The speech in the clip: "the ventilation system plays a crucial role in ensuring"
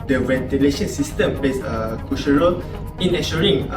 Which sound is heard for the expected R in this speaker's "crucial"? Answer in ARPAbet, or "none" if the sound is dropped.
none